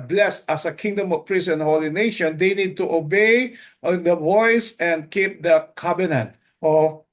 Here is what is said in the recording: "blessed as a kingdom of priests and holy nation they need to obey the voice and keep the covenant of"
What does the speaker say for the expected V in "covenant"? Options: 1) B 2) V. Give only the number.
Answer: 1